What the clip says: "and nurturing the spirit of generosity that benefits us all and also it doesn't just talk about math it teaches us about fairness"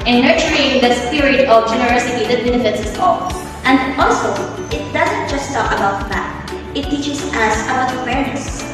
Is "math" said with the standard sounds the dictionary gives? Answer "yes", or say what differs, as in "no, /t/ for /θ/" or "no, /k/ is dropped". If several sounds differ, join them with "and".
no, /t/ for /θ/